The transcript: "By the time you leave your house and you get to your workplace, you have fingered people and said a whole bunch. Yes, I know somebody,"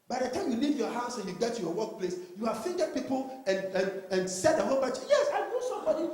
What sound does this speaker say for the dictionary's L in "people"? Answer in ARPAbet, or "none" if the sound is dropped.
N